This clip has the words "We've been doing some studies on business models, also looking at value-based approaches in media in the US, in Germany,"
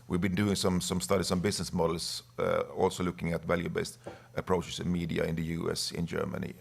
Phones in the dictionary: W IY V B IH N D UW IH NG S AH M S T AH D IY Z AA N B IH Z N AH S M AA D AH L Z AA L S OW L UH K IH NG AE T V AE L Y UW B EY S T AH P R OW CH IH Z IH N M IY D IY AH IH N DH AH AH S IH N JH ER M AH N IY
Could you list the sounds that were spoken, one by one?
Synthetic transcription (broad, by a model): W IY V B IH N D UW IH NG S AH M S T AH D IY S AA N B IH S N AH S M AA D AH L S AA L S OW L UH K IH NG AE T V AE L Y UW B EY S T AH P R OW CH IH S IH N M IY D IY AH IH N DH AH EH S IH N JH ER M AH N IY